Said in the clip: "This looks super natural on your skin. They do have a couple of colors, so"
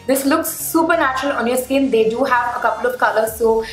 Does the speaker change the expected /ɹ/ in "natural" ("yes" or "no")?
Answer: no